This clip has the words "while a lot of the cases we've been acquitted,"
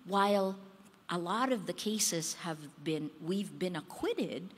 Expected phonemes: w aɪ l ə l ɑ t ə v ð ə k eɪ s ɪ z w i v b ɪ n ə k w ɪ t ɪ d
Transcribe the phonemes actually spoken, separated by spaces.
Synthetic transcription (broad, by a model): w aɪ l ə l ɑ t ə v ð ə k eɪ s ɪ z w i v b ɪ n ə k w ɪ t ɪ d